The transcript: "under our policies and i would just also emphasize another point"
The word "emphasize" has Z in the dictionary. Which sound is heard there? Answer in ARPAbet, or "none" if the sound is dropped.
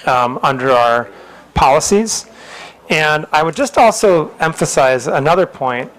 Z